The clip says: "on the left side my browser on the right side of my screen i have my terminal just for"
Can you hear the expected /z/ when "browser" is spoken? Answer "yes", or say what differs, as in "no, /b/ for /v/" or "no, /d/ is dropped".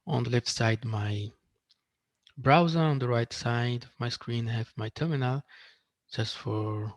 yes